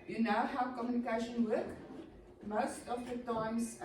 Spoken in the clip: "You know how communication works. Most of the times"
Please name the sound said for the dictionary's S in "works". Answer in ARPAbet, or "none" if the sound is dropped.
none